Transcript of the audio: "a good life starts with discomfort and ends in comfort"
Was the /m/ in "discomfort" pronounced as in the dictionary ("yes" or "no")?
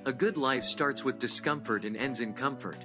yes